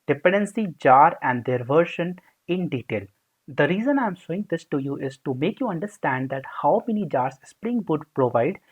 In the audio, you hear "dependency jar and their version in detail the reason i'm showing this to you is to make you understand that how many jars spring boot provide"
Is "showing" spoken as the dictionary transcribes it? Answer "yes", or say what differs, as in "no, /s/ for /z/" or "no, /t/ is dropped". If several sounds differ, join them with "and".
no, /s/ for /ʃ/